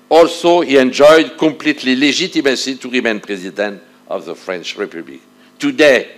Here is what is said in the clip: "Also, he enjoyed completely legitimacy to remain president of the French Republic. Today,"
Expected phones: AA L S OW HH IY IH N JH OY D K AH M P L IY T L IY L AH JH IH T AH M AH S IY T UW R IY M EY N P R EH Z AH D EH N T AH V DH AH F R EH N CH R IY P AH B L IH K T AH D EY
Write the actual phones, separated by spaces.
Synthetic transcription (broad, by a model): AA L S OW HH IY IH N JH OY D K AH M P L IY T L IY L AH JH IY T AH M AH S IY T UW R IY M EY N P R EH Z AH D EH N T AH V DH AH F R EH N CH R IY P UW B L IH K T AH D EY